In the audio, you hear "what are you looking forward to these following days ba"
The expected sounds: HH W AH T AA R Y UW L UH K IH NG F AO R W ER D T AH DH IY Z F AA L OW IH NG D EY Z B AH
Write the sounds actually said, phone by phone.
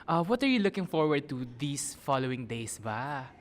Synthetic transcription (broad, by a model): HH W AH T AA R Y UW L UH K IH NG F AO R W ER D T AH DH IY S F AA L OW IH NG D EY S B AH